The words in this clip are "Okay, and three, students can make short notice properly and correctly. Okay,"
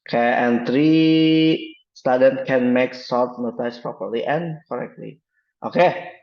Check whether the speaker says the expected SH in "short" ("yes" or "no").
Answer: no